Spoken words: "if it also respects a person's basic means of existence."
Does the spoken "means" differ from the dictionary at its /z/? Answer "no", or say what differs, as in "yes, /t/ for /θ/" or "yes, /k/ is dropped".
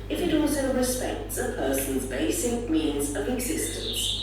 no